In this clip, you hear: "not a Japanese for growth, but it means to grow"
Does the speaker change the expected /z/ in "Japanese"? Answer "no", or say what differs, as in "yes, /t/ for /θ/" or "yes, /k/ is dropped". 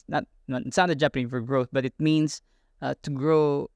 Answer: yes, /z/ is dropped